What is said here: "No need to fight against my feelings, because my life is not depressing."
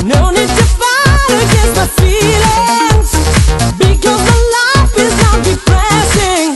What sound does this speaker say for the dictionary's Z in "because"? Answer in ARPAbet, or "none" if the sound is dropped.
Z